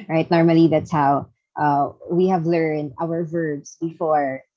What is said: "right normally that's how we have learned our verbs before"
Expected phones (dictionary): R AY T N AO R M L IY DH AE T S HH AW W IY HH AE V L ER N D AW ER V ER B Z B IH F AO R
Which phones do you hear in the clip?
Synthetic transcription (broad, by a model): R AY T N AO R M L IY DH AE T S HH AW W IY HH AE V L ER N D AW ER V ER B Z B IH F AO R